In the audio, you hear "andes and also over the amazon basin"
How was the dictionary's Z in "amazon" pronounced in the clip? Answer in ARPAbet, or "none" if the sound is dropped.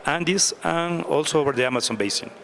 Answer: S